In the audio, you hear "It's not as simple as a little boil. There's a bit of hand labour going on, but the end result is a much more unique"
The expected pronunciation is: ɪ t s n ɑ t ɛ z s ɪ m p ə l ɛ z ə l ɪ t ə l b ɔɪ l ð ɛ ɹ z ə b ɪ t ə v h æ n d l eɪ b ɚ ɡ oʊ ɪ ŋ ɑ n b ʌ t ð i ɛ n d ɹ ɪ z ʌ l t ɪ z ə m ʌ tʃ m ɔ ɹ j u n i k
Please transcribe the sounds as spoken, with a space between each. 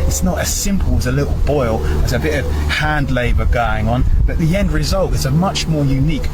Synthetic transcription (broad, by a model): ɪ t s n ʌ t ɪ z s ɪ m p ə l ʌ z ə l ɪ t l b ɔɪ l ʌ z ə b ɪ t ə v h æ n d l eɪ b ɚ ɡ oʊ ɪ ŋ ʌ n b ʌ t ð i ɛ n d ɹ ɪ z ʌ l t ɪ z ə m ʌ tʃ m ɔ ɹ j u n i k